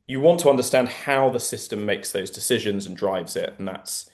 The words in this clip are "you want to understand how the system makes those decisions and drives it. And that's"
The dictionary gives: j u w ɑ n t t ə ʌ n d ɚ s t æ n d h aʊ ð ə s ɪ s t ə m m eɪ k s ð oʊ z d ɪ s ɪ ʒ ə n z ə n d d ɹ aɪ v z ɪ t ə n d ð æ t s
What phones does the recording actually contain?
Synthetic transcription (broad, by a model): j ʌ w ɑ n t t ə ʌ n d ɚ s t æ n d h aʊ ð ə s ɪ s t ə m m eɪ k s ð oʊ z d ɪ s ɪ ʒ ə n z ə n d d ɹ aɪ v z ɪ t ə n ð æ t s